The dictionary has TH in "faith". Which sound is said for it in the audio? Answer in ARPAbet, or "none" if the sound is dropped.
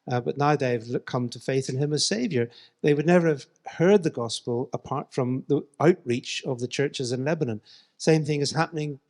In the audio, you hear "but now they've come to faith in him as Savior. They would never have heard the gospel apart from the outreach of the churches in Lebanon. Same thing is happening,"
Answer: TH